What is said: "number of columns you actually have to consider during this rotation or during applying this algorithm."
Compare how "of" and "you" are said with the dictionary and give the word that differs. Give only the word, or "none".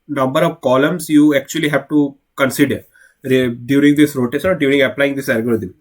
none